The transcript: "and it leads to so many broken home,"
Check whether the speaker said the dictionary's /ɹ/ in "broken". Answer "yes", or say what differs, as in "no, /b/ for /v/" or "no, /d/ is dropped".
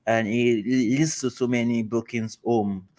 no, /ɹ/ is dropped